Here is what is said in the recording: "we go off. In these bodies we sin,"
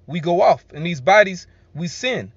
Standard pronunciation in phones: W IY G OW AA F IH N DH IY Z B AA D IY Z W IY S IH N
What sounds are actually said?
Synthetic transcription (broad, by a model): W IY G OW AA F IH N DH IY Z B AA D IY Z W IY S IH N